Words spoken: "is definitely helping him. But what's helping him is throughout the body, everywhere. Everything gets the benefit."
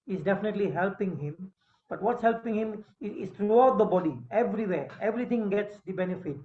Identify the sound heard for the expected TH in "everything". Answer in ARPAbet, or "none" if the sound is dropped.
T